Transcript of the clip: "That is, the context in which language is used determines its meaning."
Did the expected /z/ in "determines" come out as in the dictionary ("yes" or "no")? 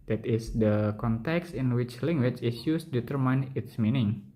no